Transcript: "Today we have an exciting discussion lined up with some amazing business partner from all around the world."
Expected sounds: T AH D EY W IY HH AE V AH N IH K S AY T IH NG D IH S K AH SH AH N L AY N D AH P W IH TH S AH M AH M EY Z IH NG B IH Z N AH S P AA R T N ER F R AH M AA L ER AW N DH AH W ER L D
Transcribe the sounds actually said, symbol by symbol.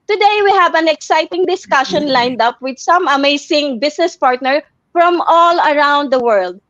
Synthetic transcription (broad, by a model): T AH D EY W IY HH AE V AH N IH K S AY T IH NG D IH S K AH SH AH N L AY N D AH P W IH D S AH M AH M EY S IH NG B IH S N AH S P AA R T N ER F R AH M AA L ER AW N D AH W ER L D